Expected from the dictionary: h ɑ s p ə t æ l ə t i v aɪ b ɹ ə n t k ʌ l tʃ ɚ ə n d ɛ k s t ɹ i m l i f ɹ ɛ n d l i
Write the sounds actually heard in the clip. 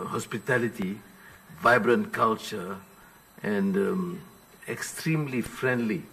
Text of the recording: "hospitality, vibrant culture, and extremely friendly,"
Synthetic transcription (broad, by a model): h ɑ s p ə t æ l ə t i v aɪ b ɹ ə n t k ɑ l tʃ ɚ ə n d ɛ k s t ɹ i m l i f ɹ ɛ n d l i